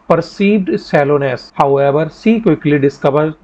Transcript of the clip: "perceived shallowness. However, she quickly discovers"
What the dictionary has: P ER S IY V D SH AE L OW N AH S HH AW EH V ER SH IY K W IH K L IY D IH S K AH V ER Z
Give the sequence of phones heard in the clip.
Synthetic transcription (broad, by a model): P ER S IY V D S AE L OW N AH S HH AW EH V ER S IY K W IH K L IY D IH S K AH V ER